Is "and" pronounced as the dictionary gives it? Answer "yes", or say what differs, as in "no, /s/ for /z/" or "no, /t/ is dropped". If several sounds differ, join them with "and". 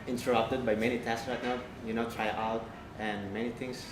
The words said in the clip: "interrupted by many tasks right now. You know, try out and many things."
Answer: no, /l/ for /n/